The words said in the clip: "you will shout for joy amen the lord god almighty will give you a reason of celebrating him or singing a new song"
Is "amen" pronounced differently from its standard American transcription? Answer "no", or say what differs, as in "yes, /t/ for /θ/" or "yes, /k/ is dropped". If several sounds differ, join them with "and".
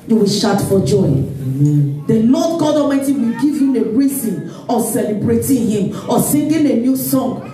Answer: yes, /m/ is dropped